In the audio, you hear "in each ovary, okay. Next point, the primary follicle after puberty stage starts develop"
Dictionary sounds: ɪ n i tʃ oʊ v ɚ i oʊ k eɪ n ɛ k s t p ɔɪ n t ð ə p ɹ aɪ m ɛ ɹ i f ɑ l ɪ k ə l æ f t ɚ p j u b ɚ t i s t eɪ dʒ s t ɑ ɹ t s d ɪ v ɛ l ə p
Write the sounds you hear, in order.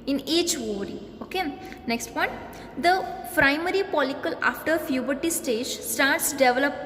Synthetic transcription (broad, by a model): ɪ n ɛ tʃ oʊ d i oʊ k eɪ n ɛ k s t p ɔɪ n t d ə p ɹ aɪ m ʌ ɹ i p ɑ l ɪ k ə l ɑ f t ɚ f j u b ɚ t i s t eɪ dʒ s t ɑ ɹ t s d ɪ v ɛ l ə p